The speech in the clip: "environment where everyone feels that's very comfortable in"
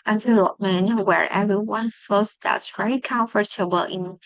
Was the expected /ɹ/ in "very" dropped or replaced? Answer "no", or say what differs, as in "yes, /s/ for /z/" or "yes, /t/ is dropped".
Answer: no